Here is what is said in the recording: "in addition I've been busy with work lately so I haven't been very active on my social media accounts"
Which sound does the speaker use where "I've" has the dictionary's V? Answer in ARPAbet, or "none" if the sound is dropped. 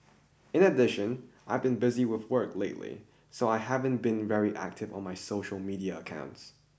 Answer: V